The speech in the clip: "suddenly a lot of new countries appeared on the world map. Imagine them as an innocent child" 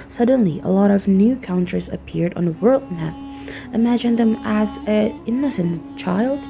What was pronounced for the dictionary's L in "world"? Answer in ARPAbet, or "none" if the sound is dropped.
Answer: L